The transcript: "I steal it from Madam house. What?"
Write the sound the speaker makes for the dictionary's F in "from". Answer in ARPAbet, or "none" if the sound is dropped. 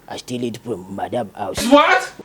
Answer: P